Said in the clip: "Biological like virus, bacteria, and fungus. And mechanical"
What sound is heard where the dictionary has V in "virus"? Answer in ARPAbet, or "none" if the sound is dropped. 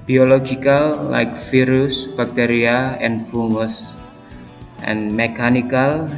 F